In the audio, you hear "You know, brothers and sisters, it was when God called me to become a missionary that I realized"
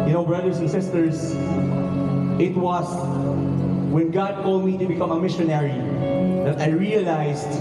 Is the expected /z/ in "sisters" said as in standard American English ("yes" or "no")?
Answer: no